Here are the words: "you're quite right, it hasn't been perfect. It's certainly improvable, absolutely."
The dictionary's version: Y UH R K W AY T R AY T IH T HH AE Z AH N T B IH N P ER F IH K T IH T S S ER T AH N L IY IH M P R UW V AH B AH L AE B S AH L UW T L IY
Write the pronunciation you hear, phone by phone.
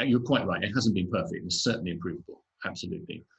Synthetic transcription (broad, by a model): Y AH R K W AY T R AY T IH T HH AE Z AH N B IH N P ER F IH K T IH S S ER T N L IY IH M P R UW V AH B AH L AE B S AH L UW T L IY